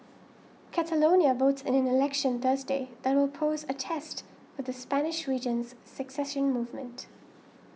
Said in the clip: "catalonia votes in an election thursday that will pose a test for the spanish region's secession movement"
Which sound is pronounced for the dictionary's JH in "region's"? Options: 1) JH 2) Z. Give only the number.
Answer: 1